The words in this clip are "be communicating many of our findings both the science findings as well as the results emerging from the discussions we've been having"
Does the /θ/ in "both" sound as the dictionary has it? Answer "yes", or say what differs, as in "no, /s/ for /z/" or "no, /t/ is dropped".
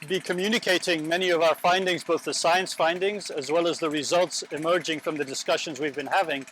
yes